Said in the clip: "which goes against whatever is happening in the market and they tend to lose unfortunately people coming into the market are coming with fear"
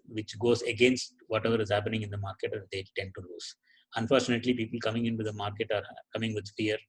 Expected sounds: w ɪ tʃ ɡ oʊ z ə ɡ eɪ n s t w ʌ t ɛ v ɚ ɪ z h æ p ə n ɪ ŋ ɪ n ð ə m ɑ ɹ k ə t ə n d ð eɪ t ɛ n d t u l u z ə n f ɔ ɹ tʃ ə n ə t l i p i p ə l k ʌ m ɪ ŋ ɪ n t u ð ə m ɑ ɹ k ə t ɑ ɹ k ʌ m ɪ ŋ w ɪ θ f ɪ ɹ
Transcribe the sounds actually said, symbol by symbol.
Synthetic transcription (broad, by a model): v ɪ tʃ ɡ oʊ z ə ɡ eɪ n s t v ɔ t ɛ v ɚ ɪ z h æ p ə n ɪ ŋ ɪ n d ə m ɑ ɹ k ə t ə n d eɪ t ɛ n d t u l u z ə n f ɔ ɹ tʃ ə n ə t l i p i p ə l k ʌ m ɪ ŋ ɪ n t u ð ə m ɑ ɹ k ə t ɑ ɹ k ʌ m ɪ ŋ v ɪ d f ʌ ɹ